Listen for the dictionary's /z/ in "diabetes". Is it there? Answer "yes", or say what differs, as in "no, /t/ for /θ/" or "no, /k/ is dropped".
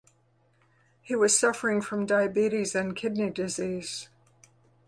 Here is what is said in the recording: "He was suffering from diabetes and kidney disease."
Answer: yes